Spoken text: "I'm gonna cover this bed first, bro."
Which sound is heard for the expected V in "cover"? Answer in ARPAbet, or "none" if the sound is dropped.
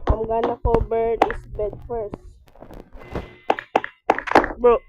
B